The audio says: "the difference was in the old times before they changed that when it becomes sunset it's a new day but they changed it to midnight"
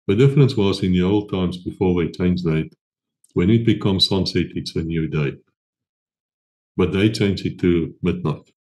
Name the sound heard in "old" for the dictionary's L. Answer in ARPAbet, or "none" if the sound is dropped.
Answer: L